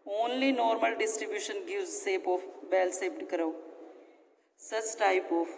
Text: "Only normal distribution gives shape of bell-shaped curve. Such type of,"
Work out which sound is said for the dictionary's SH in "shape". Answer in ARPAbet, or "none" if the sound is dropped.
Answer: S